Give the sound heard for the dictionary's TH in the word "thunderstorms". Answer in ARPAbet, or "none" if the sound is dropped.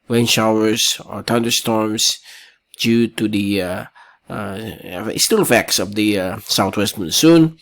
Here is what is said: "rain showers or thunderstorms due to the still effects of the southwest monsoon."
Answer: T